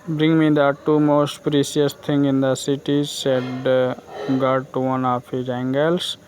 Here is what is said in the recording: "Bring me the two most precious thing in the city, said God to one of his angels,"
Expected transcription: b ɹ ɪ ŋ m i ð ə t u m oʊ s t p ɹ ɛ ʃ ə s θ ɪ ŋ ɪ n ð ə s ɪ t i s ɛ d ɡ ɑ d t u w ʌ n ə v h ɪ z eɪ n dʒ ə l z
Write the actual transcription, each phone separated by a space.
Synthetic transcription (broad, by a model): b ɹ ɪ ŋ m i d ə t u m oʊ s t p ɹ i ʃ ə s t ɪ ŋ ɪ n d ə s ɪ t i s ɛ d ɡ ɑ d t u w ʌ n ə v h ɪ z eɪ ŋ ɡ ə l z